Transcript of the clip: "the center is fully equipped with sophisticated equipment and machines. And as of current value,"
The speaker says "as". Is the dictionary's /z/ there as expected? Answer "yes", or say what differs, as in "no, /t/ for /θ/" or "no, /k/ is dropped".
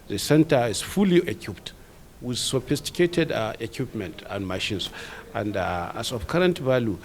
no, /s/ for /z/